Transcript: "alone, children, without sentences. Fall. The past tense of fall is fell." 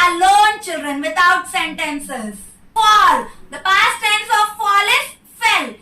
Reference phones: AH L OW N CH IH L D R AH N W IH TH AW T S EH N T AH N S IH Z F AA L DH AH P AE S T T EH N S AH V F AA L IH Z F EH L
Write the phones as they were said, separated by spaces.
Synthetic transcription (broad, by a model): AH L OW N CH IH L D R AH N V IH T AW T S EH N T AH N S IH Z P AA L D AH P AE S T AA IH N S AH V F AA L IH S F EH L